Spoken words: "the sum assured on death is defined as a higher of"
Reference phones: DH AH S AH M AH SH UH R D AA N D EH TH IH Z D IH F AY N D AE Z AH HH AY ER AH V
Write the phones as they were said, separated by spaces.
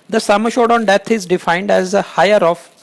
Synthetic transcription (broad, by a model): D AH S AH M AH SH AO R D AA N D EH T IH Z D IH F AY N D AE Z AH HH AY ER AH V